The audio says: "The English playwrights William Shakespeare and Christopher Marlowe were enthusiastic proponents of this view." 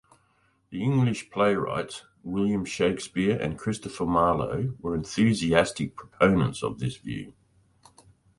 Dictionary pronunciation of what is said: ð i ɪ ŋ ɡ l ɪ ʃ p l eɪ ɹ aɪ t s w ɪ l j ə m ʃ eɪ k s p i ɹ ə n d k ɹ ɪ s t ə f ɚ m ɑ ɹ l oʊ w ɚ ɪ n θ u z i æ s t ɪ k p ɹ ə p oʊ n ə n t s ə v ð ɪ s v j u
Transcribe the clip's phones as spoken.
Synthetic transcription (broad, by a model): ð i ɪ ŋ ɡ l ɪ ʃ p l eɪ ɹ aɪ t s w ɪ l j ə m ʃ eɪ k s p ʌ ɹ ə n k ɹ ɪ s t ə f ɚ m ɑ l oʊ w ɚ ɪ n θ u z i æ s t ɪ k p ɹ ə p oʊ n ə n t s ə v ð ɪ s v j u